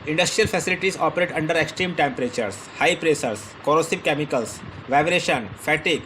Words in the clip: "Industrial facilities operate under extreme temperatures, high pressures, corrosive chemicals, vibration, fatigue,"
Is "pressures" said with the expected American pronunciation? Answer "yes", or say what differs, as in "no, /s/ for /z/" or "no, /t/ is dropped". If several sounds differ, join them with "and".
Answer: no, /s/ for /ʃ/ and /s/ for /z/